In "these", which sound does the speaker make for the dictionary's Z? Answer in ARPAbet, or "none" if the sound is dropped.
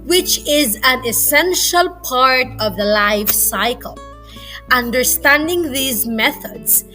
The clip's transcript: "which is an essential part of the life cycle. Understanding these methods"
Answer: Z